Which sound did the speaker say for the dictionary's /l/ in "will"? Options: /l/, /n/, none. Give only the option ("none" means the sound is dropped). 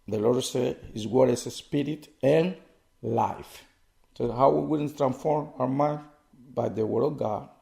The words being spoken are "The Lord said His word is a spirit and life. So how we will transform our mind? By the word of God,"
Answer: /n/